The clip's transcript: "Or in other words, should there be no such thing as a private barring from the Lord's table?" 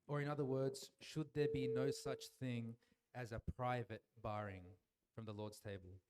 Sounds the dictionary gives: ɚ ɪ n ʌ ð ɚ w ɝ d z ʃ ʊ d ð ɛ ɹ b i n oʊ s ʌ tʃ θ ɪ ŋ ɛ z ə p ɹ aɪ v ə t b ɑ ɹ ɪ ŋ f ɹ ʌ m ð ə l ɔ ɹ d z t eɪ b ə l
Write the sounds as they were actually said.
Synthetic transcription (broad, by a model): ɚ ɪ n ʌ ð ɚ w ɝ d z ʃ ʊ d ð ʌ ɹ b i n oʊ s ʌ tʃ θ ɪ ŋ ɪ z ə p ɹ aɪ v ə t b ɑ ɹ ɪ ŋ f ɹ ʌ m ð ə l ɔ ɹ d z t eɪ b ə l